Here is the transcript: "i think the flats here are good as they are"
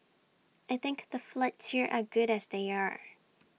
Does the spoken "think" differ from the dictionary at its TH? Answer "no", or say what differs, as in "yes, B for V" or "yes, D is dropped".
no